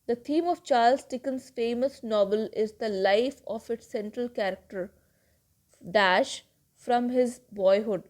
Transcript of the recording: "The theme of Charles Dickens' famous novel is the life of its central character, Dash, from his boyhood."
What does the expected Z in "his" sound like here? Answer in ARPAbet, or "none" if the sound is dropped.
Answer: Z